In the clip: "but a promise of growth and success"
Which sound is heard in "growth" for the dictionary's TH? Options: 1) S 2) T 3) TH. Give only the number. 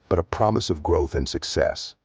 3